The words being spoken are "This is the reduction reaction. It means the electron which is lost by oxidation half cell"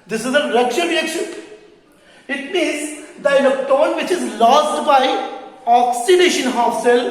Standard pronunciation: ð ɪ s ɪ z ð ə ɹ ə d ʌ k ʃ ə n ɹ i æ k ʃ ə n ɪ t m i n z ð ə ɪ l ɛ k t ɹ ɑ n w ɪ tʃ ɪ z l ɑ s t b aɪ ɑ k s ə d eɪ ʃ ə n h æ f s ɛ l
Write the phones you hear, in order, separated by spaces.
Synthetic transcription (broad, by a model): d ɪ s ɪ z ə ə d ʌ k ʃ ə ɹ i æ k ʃ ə n ɪ t m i n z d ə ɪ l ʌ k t ɑ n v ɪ tʃ ɪ z l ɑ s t b aɪ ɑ k s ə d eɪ ʃ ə n h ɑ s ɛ l